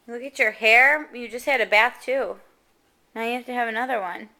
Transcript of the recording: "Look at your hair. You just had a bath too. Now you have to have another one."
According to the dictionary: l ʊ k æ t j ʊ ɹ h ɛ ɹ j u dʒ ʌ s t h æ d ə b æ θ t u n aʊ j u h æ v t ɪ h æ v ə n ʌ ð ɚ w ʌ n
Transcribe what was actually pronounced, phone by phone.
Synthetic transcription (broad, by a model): l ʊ k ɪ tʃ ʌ ɹ h ɛ ɹ j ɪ dʒ ʌ s t h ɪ d ə b æ θ t u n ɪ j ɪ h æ f t ɪ v ə n ʌ ð ɚ w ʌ n